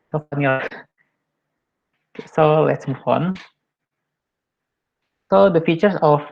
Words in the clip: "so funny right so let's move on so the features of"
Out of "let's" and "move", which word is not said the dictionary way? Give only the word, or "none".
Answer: move